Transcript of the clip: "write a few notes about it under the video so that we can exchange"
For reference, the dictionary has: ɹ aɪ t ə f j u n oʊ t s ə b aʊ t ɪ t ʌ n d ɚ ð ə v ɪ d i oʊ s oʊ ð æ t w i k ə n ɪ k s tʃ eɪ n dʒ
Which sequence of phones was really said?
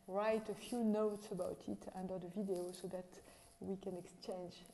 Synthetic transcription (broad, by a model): ɹ aɪ t ə f j u n oʊ t s ə b aʊ t ɪ t ʌ n d ɚ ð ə v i d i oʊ s oʊ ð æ t w i k ə n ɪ k s tʃ eɪ n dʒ